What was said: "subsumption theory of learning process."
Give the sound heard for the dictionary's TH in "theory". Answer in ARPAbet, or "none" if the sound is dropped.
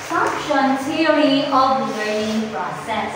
T